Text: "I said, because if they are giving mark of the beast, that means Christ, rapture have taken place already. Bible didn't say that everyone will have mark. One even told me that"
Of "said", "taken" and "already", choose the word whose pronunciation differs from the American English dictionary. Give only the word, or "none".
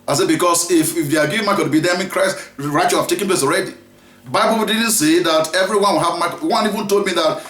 none